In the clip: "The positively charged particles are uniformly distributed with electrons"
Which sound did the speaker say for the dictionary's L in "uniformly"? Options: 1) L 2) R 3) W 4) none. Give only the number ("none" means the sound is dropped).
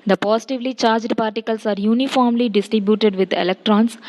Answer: 1